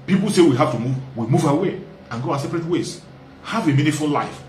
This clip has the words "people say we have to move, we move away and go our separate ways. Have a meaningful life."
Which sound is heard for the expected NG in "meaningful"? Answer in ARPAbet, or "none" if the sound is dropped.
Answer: none